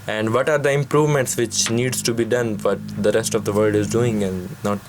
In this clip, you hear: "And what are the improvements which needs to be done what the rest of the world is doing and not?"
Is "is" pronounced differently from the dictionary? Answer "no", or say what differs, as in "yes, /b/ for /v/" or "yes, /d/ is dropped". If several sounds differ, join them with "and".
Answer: no